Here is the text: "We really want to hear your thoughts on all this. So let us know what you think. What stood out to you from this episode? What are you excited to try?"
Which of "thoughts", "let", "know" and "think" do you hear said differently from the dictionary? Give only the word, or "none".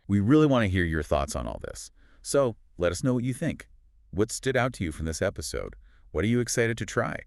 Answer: none